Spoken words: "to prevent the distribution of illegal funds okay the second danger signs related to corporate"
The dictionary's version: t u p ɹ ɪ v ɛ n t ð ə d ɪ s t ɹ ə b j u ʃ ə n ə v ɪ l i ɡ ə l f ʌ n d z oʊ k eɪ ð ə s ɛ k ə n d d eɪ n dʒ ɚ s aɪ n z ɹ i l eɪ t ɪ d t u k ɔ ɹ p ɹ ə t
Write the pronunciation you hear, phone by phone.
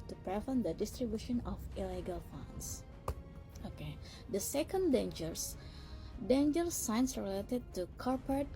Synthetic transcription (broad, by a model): t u p ɹ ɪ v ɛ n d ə d ɪ s t ɹ ə b j u ʃ ə n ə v ɪ l i ɡ ə l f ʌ n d s oʊ k eɪ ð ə s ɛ k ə n d d eɪ n dʒ ɚ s aɪ n s ɹ i l eɪ t ɪ d t u k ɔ ɹ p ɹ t